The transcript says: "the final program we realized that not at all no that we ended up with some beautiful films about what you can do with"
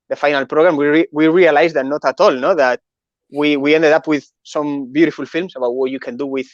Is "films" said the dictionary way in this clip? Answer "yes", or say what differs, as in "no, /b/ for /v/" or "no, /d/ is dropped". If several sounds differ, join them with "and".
no, /s/ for /z/